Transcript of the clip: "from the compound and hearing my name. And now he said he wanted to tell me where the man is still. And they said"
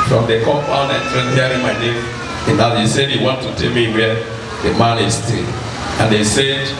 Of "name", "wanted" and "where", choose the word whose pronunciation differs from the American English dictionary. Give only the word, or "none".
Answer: where